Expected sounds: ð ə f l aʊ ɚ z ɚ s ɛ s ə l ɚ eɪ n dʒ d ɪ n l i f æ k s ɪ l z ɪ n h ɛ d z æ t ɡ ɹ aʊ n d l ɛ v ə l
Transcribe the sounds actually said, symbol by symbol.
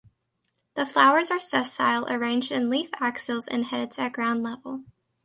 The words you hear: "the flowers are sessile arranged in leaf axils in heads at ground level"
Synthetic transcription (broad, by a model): ð ə f l aʊ ɚ z ɚ s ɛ s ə l ɚ eɪ n dʒ d ɪ n l i f æ k s ɪ l z ɪ n h ɛ d z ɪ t ɡ ɹ aʊ n d l ɛ v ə l